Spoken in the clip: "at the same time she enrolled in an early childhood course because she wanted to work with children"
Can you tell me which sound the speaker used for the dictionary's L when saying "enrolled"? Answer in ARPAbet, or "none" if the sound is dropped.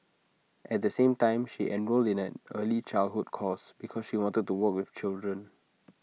L